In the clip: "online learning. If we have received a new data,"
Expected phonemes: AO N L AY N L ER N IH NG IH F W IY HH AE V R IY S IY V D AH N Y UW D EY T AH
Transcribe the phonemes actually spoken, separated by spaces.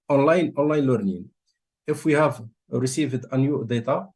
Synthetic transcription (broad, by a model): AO N L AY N L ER N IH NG IH F W IY HH AE V R IY S IY V D AH N Y UW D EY T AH